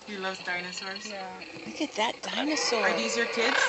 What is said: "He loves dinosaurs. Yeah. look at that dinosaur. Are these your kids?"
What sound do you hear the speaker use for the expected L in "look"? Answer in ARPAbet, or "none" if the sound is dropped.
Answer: W